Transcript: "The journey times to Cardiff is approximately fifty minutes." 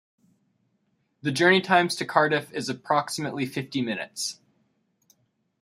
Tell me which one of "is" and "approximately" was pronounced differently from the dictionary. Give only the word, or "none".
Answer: none